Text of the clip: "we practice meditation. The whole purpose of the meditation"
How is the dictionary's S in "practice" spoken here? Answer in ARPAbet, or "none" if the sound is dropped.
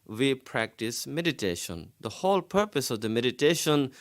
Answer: S